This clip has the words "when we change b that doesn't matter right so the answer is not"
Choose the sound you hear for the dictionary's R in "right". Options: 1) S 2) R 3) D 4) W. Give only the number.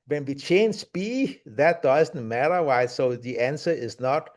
4